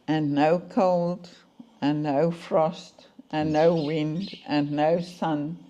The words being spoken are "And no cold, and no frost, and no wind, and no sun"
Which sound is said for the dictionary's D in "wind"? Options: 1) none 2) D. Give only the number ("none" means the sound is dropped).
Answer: 2